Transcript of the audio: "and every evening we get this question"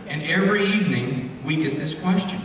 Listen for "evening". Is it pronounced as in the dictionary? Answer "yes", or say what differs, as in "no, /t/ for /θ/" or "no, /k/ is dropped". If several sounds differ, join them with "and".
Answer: yes